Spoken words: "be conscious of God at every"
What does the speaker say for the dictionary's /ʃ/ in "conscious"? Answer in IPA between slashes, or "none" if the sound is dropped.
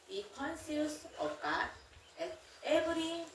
/s/